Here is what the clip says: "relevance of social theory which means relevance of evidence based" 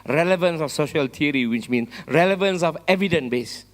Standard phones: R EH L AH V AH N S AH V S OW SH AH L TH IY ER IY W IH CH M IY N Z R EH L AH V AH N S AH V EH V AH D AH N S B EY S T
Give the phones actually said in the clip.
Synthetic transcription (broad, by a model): R EH L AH V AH N S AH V S OW SH AH L T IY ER IY W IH CH M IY N S R EH L AH V AH N S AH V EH V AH D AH N B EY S